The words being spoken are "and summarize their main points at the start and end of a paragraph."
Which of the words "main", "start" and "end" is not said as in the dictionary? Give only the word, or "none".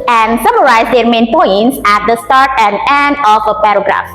none